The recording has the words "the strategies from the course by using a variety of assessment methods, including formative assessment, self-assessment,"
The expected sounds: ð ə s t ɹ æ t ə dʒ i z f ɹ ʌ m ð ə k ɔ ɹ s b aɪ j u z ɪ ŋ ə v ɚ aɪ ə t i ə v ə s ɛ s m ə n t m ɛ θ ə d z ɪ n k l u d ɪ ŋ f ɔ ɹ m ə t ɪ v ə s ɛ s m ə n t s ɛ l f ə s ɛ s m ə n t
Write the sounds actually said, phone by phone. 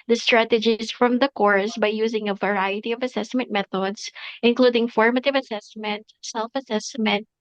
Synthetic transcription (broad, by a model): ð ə s t ɹ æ t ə dʒ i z f ɹ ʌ m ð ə k ɔ ɹ s b aɪ j u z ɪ ŋ ə v ɚ aɪ ə t i ə v ə s ɛ s m ə n t m ɛ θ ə d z ɪ n k l u d ɪ ŋ f ɔ ɹ m ə t ɪ v ə s ɛ s m ə n t s ɛ l f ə s ɛ s m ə n t